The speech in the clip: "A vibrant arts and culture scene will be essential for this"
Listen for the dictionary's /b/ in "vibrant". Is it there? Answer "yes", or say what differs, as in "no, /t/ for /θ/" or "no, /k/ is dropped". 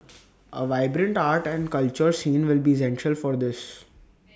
yes